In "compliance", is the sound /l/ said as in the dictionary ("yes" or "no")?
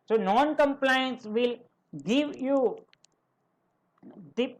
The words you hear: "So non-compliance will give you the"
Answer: yes